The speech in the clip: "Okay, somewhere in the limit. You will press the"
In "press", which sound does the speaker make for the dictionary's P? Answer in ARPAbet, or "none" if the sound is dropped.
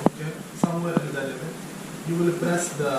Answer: B